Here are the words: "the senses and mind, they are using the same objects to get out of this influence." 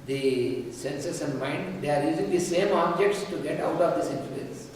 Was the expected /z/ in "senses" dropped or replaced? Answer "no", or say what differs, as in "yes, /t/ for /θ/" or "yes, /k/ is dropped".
yes, /s/ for /z/